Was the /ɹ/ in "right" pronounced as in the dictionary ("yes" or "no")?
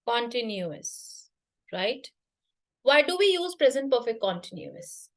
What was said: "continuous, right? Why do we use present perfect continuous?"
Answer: yes